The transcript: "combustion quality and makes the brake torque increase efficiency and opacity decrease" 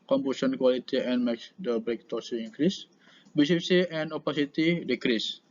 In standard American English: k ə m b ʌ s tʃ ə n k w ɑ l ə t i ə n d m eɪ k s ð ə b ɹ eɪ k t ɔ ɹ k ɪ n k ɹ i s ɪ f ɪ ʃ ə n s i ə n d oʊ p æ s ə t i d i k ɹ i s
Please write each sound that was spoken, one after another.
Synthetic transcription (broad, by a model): k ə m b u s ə n k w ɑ l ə t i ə n m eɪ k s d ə b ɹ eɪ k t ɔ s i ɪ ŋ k ɹ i s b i s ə s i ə n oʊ p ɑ s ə t i d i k ɹ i s